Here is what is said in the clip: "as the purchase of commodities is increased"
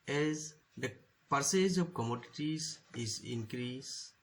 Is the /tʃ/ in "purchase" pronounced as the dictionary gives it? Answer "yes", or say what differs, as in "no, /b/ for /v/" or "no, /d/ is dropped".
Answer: no, /s/ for /tʃ/